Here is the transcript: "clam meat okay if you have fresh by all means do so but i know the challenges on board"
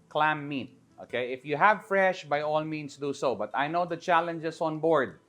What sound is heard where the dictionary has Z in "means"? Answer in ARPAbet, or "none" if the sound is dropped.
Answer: S